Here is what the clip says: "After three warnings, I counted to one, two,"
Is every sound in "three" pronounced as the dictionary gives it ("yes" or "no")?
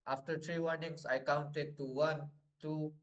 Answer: no